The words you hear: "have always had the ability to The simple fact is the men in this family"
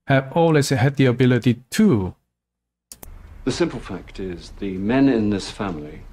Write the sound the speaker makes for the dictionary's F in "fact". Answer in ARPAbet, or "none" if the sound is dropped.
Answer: F